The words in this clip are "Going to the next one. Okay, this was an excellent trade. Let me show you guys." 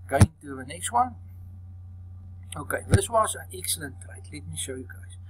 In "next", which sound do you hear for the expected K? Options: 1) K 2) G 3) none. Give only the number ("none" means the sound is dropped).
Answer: 1